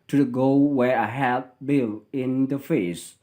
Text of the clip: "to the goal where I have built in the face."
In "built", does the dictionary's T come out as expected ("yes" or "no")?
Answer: no